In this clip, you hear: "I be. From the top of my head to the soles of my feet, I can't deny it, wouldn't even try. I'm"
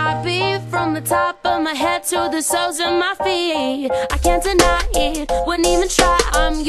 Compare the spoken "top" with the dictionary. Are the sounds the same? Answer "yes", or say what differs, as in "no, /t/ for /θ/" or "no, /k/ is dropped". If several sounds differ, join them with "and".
yes